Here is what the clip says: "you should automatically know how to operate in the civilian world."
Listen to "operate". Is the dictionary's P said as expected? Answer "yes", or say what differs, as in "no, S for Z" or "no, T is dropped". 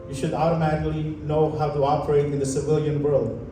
yes